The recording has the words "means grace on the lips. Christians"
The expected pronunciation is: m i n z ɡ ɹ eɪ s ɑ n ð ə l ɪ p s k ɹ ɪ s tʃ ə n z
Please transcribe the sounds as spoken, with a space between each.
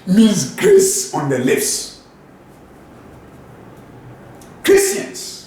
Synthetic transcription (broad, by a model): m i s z ɡ ɹ eɪ s ɑ n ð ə l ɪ f s k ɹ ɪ s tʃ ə n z